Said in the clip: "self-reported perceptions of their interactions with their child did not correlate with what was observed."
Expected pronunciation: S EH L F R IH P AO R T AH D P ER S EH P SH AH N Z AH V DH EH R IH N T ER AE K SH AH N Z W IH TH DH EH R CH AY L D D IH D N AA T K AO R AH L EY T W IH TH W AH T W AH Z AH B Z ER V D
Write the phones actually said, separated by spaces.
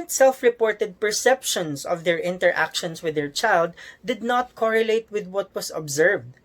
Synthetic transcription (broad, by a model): S EH L F R IH P AO R T AH D P ER S EH P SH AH N S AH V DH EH R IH N T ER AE K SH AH N S W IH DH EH R CH AY L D D IH D N AA T K AO R AH L EY T W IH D W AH T W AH S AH B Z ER V D